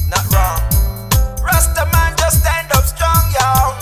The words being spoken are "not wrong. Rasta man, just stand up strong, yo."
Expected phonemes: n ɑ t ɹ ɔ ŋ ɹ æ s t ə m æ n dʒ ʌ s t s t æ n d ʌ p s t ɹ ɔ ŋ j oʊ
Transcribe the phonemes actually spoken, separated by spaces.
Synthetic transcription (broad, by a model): n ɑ t ɹ ɔ ŋ ɹ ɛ s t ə m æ n dʒ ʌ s s t æ n d ʌ p s t ɹ ɔ ŋ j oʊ